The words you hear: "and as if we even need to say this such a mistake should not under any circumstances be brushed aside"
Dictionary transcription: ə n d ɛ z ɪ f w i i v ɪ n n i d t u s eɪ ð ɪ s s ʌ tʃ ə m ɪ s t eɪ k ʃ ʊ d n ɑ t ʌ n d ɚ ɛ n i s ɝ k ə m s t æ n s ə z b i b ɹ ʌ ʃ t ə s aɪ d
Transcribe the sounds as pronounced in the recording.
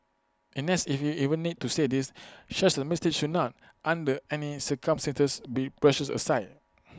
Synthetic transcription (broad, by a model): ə n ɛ s ɪ f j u i v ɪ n n i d t u s eɪ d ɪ s ʃ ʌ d ə m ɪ s t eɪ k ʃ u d n ɑ t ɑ n d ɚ ɛ n i s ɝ k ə m s t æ n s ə s b i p ɹ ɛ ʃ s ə s aɪ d